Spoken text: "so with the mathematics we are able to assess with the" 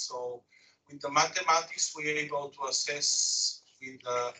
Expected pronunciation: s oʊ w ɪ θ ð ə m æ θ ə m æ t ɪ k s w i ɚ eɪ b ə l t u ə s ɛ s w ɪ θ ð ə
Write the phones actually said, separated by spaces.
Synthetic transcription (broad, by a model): s oʊ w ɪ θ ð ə m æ t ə m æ t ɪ k s w i eɪ b ə l t u ə s ɛ s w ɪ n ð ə